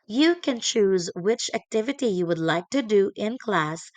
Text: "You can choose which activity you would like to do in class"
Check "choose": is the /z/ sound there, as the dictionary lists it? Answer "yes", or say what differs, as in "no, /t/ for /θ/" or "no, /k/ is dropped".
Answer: yes